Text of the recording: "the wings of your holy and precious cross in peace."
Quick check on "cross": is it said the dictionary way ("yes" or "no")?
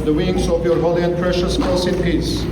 no